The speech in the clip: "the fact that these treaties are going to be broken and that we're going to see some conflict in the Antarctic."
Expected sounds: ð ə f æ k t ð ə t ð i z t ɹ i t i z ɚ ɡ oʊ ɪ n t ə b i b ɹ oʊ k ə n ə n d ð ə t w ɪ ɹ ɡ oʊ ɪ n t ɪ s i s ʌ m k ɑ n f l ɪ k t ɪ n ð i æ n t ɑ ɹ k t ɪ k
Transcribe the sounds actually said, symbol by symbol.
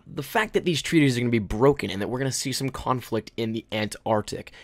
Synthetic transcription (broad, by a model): ð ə f æ k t ð ə t ð i z t ɹ i t i z ɚ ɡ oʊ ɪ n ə b i b ɹ oʊ k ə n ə n ð ə t w ɪ ɹ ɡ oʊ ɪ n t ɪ s i s ʌ m k ɑ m f l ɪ k t ɪ n ð i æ n t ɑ ɹ t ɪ k